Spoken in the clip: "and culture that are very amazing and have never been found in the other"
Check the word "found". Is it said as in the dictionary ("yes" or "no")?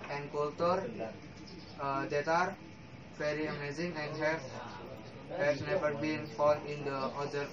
no